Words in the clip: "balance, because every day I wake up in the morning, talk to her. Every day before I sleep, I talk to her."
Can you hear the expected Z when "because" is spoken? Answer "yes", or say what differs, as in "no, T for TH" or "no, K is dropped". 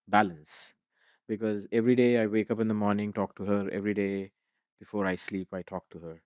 yes